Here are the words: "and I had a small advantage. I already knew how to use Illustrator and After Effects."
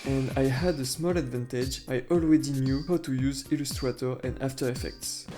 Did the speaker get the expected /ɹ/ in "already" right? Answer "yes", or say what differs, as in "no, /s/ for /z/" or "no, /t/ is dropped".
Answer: no, /w/ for /ɹ/